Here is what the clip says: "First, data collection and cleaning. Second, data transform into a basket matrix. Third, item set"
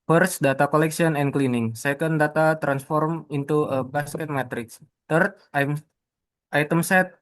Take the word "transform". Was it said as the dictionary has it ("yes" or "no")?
yes